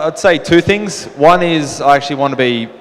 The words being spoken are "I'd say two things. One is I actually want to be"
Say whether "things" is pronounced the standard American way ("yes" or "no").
yes